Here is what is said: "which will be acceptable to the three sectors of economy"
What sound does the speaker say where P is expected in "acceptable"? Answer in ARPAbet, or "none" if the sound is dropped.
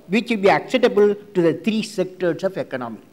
none